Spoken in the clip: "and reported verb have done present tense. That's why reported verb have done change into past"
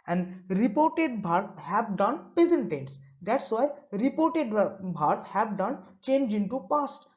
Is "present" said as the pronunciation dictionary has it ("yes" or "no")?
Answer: no